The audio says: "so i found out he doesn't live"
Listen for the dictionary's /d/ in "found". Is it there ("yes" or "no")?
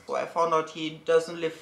no